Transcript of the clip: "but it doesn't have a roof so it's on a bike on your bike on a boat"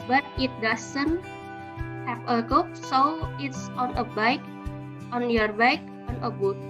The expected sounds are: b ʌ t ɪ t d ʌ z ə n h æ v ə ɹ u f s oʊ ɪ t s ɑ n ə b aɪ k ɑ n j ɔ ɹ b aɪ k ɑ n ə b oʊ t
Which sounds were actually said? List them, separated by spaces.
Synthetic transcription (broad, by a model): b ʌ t ɪ t d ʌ s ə n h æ p ə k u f s oʊ ɪ t s ɑ n ə b aɪ k ɑ n j ɔ ɹ b aɪ k ɑ n ə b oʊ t